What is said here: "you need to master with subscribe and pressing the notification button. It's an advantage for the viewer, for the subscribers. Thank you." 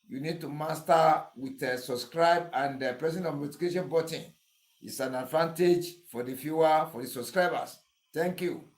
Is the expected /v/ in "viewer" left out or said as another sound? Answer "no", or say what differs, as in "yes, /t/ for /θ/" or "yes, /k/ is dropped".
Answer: yes, /f/ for /v/